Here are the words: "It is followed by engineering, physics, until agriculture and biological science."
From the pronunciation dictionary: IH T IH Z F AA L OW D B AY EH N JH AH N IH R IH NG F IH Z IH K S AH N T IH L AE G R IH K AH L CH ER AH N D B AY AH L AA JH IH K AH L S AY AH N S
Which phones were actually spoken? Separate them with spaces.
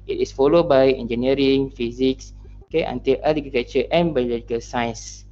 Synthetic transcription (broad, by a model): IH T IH S F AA L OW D B AY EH N JH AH N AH R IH NG F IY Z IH K S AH N T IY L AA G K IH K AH CH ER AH N B AY AH L AA JH IH K AH L S AY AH N S